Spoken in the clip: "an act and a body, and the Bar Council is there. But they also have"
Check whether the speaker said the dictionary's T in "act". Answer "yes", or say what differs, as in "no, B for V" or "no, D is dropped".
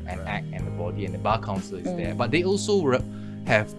no, T is dropped